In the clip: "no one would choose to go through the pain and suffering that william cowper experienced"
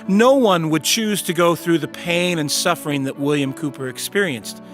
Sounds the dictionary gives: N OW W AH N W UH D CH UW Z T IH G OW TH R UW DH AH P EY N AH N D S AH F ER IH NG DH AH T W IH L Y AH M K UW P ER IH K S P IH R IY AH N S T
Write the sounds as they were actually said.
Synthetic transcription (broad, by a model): N OW W AH N W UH D CH UW Z T IH G OW TH R UW DH AH P EY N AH N S AH F ER IH NG DH AH T W IH L Y AH M K UW P ER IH K S P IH R IY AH N S T